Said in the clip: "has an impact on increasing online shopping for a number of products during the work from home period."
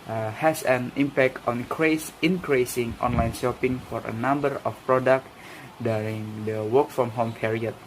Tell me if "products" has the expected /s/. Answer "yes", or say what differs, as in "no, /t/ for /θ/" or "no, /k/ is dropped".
no, /s/ is dropped